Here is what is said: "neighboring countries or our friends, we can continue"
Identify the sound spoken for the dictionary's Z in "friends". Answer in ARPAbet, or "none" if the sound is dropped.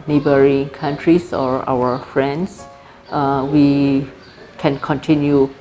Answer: S